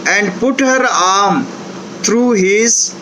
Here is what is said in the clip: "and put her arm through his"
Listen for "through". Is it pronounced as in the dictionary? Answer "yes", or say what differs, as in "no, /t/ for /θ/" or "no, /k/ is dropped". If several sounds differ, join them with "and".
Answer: no, /t/ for /θ/